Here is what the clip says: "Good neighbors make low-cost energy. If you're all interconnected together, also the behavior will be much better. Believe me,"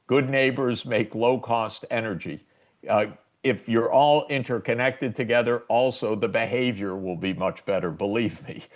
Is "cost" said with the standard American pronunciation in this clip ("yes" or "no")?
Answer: yes